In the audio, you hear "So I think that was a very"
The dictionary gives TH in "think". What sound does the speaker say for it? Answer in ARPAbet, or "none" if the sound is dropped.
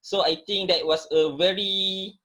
T